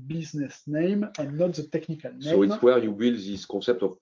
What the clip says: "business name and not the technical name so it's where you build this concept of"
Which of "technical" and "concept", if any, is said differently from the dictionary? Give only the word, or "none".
concept